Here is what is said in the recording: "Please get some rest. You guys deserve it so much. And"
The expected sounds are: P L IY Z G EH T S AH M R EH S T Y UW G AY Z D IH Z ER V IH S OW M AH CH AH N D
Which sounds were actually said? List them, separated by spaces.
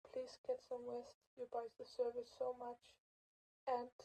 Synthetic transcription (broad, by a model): P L IY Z G EH T S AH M W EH S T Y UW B AY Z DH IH S ER V IH S OW M AH CH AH N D